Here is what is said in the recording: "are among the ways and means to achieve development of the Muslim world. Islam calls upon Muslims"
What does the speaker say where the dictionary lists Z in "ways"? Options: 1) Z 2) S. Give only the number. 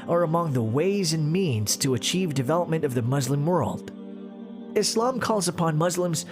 1